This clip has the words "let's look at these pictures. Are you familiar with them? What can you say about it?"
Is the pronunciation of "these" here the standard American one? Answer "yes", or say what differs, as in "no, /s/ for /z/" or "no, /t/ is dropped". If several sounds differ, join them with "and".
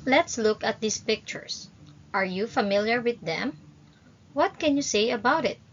no, /s/ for /z/